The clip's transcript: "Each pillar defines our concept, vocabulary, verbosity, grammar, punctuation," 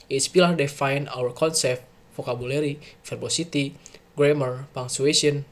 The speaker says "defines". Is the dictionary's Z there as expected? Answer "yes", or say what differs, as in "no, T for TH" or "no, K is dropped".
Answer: no, Z is dropped